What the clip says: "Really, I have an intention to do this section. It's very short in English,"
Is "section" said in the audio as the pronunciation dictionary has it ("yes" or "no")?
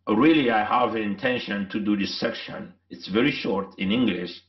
yes